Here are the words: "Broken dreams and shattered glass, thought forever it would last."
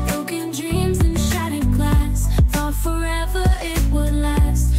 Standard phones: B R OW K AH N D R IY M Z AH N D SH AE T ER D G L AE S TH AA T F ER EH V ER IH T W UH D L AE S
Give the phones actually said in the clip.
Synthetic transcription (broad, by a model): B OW K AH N D R IY M Z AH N SH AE T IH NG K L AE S F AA F ER EH V ER IH T W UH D L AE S